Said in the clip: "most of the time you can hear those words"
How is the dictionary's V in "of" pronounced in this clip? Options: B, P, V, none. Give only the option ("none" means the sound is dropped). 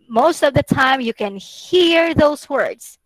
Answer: V